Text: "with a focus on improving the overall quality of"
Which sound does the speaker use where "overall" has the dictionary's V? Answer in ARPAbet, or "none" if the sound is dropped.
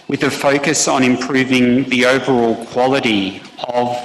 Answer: V